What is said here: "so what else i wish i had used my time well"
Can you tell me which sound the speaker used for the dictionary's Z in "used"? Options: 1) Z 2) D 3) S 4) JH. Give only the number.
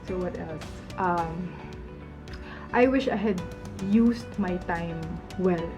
3